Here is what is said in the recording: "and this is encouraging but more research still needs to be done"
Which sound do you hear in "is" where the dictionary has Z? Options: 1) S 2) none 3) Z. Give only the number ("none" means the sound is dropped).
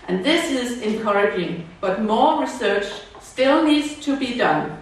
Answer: 3